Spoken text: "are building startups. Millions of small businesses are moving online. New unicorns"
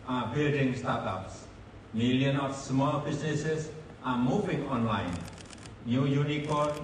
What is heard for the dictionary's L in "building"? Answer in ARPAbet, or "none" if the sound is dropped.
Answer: L